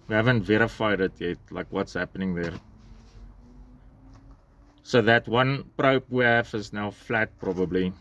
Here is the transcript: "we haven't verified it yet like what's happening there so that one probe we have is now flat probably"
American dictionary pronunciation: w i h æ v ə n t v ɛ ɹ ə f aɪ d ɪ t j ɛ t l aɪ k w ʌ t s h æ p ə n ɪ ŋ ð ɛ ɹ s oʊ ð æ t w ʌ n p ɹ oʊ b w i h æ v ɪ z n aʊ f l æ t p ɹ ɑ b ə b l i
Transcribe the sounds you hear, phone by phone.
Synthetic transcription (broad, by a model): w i h æ v ə n t v ɛ ɹ ə f aɪ d ɪ t j ɛ t l aɪ k w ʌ t s h æ p ə n ɪ ŋ ð ɛ ɹ s oʊ ð æ t w ʌ n p ɹ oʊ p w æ f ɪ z n aʊ f l æ t p ɹ ɑ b ə b l i